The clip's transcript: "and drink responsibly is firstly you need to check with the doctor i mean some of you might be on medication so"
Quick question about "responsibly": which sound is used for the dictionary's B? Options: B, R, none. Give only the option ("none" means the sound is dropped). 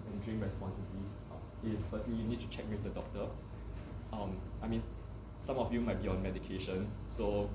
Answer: none